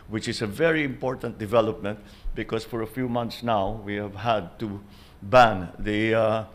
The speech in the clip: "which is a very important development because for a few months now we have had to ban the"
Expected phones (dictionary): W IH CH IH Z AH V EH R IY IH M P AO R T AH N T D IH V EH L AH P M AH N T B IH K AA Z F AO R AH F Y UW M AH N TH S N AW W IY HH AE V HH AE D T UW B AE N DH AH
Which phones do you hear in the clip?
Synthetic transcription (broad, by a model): W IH CH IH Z AH V EH R IY IH M P AO R T AH N T D IH V EH L AH P M AH N T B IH K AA S F AO R AH F Y UW M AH N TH S N AW W IY HH AE V HH AE D T UW B AE N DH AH